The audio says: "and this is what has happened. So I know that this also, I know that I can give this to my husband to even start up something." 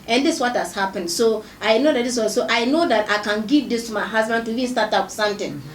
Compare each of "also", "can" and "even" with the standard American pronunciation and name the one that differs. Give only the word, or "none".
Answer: also